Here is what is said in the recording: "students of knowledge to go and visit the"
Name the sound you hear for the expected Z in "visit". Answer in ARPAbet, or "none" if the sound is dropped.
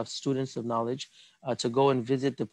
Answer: Z